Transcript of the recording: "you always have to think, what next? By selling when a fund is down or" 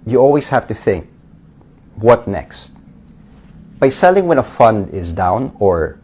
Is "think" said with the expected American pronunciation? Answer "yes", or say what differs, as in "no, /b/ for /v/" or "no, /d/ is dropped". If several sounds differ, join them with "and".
yes